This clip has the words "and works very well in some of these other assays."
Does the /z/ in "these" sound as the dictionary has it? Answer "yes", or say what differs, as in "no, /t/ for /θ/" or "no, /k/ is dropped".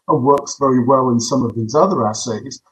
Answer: yes